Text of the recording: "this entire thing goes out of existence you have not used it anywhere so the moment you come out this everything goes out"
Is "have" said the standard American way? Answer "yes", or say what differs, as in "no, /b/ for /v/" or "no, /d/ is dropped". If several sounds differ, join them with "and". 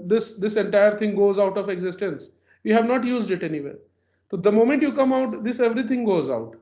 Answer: yes